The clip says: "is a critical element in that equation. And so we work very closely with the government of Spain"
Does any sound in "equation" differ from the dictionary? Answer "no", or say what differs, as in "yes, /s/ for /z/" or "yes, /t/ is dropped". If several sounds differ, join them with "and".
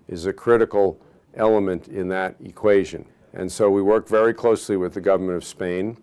no